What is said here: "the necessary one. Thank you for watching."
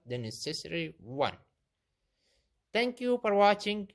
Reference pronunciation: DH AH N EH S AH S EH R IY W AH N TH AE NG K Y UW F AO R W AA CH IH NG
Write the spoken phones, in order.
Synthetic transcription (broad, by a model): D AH N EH S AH S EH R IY W AH N T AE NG K Y UW F AO R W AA CH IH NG